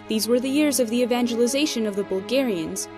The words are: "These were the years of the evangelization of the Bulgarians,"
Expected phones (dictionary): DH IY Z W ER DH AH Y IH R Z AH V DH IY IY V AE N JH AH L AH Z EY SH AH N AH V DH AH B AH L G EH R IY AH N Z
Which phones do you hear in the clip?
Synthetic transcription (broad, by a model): DH IY Z W ER DH AH Y IH R Z AH V DH IY IY V AE N JH AH L AH Z EY SH AH N AH V DH AH B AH L G EH R IY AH N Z